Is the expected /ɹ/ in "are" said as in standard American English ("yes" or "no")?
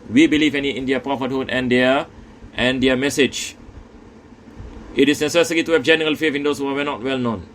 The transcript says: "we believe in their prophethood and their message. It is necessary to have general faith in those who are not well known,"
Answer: no